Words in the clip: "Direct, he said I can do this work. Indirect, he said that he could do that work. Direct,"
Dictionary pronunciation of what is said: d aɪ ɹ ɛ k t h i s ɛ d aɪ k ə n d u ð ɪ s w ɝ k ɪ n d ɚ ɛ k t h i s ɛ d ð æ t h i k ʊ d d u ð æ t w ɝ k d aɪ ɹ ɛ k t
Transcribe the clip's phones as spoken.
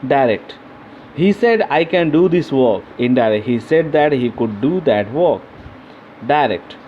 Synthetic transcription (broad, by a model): d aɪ ɹ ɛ k t h i s ɛ d aɪ k ə n d u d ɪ s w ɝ k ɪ n d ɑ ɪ t h i s ɛ d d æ t h i k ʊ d d u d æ t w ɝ k d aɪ ɹ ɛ k t